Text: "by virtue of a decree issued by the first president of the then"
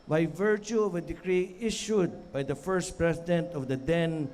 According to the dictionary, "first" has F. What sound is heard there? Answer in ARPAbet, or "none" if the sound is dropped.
F